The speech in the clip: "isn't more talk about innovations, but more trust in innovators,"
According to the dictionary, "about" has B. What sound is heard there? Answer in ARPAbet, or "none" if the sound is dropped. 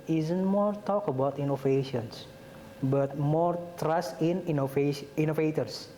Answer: B